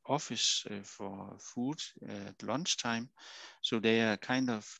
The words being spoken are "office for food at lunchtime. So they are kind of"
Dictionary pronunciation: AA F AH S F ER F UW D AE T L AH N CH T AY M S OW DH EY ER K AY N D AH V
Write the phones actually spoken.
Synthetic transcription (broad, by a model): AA F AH S F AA F UW D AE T L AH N S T AY M S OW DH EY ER K AY N D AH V